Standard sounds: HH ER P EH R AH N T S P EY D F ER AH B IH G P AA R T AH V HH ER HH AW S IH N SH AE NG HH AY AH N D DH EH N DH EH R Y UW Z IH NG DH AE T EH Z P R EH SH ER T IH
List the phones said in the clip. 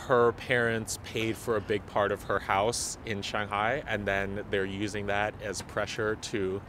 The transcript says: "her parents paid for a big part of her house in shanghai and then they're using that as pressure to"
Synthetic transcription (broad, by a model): HH ER P EH R AH N T S P EY D F ER AH B IH G P AA R T AH V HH ER HH AW S IH N SH AE NG HH AY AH N DH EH N DH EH R Y UW Z IH NG DH AE T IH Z P R EH SH ER T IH